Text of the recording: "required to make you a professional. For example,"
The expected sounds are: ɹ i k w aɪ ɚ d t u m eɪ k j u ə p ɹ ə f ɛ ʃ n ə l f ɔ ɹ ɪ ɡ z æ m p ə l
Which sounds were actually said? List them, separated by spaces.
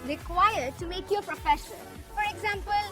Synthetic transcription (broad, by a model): ɹ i k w aɪ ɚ d t u m eɪ k j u ə p ɹ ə f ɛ ʃ ə n f ɔ ɹ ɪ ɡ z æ m p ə l